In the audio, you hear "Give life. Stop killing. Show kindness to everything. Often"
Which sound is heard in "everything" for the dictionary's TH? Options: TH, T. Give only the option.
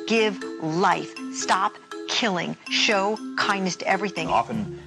TH